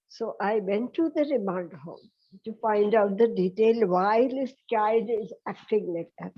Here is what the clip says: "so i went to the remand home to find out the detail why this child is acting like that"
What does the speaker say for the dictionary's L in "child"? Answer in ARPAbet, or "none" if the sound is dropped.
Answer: none